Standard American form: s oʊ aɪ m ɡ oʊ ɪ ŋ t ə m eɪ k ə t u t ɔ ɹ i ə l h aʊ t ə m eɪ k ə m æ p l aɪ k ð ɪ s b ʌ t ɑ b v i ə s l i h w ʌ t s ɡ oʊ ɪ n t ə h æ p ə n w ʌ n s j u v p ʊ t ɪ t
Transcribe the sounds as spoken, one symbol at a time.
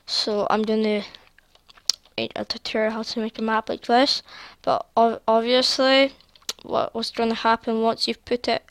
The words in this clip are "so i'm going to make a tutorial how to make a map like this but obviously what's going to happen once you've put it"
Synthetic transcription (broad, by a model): s oʊ aɪ m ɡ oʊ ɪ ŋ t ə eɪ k ə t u t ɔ ɹ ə h aʊ t ə m eɪ k ə m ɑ b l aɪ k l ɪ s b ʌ t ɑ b v i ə s l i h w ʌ t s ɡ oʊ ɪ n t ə h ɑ p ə n w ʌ n s j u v p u t ɪ t